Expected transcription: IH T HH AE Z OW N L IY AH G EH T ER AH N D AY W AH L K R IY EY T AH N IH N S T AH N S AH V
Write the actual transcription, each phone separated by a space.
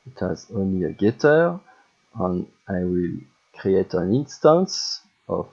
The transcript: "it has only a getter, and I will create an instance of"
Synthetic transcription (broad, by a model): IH T HH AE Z OW N L IY AH G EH T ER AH N AY W AH L K R IY EY T AH N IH N S T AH N S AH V